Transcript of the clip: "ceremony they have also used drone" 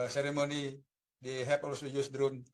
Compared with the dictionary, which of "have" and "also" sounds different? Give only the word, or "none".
have